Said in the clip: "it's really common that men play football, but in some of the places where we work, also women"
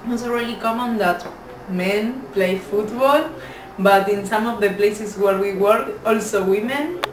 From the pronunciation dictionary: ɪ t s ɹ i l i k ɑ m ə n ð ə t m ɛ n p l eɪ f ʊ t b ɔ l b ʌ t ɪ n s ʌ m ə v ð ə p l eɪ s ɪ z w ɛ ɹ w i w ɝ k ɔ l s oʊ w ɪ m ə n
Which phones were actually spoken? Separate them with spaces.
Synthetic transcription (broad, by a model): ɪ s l ɹ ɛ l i k ɑ m ə n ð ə t m ɛ n p l eɪ f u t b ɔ l b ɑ t ɪ n s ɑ m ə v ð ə p l eɪ s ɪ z w ɛ ɹ w i w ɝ k ɔ l s oʊ w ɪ m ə n